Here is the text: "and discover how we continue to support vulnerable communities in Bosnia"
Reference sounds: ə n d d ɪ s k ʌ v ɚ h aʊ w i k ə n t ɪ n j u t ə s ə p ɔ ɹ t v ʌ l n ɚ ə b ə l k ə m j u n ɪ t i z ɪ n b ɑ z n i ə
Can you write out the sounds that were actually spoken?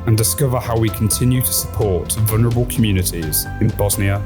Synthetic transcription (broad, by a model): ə n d d ɪ s k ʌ v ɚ h aʊ w i k ə n t ɪ n j u t ə s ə p ɔ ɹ t v ʌ l n ɚ ə b ə l k ə m j u n ɪ t i z ɪ n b ɑ z n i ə